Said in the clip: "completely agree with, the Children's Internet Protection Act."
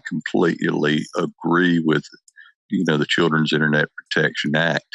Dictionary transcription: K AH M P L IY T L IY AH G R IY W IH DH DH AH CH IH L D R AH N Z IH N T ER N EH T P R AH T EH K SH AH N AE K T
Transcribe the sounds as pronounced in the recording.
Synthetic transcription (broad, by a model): K M P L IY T L IY AH G R IY W IH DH DH AH CH IH L D R AH N Z IH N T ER N EH T P R AH T EH K SH AH N AE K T